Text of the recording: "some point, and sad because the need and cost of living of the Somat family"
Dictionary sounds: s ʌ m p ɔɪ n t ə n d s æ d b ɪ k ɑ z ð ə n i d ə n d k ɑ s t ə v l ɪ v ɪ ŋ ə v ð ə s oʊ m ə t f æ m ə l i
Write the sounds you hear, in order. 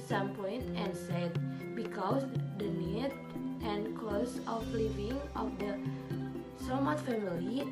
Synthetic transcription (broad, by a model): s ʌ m p ɔɪ n t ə n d s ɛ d b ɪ k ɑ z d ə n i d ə n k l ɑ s ə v l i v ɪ ŋ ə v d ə s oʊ m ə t f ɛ m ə l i